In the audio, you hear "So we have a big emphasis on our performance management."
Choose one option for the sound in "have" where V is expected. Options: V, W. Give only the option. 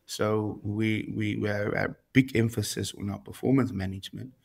W